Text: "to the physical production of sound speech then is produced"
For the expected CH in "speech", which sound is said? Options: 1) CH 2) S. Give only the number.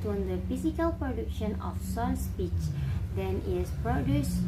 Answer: 1